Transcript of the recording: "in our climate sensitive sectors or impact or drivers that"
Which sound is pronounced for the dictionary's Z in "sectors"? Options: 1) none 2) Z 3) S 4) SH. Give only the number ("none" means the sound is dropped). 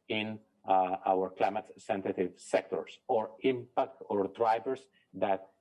3